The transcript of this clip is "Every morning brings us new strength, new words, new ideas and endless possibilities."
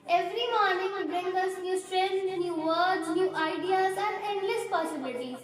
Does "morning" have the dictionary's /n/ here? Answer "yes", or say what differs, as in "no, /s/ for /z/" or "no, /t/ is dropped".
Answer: yes